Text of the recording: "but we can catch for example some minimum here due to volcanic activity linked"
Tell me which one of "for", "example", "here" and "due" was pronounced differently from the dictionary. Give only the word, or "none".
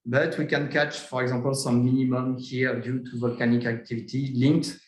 example